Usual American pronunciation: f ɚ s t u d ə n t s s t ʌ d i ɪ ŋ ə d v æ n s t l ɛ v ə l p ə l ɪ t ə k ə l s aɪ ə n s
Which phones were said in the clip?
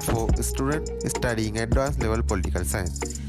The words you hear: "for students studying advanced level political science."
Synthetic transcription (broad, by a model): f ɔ s t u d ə n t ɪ s t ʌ d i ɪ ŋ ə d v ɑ s l ɛ v ə l p ə l ɪ t ə k ə l s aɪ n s